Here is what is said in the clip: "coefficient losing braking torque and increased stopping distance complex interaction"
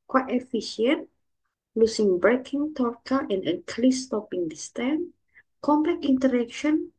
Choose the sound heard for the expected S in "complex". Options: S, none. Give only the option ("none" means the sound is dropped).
none